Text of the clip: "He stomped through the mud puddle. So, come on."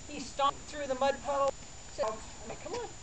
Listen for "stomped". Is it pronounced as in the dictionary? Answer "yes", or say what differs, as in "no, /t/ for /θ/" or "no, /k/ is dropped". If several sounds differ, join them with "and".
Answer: no, /m/ is dropped